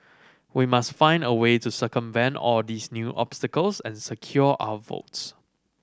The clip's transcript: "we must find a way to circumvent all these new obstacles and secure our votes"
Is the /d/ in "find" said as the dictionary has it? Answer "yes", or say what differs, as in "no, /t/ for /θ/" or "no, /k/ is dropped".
yes